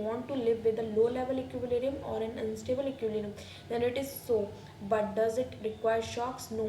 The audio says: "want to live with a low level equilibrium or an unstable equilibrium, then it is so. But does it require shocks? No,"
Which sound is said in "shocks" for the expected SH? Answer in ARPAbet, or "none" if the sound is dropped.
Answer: SH